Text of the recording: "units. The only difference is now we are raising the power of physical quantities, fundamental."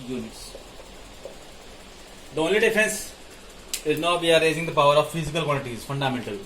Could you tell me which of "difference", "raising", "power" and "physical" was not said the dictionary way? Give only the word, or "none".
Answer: difference